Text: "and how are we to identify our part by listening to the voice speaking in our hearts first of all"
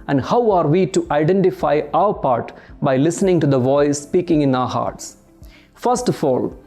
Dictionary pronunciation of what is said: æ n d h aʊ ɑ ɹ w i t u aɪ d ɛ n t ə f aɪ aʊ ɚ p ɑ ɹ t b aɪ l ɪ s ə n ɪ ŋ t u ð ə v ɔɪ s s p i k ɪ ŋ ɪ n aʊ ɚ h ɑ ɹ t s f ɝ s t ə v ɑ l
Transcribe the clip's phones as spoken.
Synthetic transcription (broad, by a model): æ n d h aʊ ɑ ɹ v i t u aɪ d ɛ n t ə f aɪ aʊ ɚ p ɑ ɹ t b aɪ l ɪ s ə n ɪ ŋ t u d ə v ɔɪ s s p i k ɪ ŋ ɪ n aʊ ɚ h ɑ ɹ t s f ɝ s t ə f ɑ l